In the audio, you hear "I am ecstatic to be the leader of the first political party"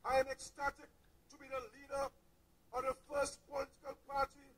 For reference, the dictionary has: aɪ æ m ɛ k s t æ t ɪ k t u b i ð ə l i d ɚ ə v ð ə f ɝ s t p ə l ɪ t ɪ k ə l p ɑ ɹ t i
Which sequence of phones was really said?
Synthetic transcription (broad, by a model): aɪ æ m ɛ k s t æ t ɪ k t u b i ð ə l i d ɚ ə v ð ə f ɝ s t p ə l ɪ t ɪ k ə l p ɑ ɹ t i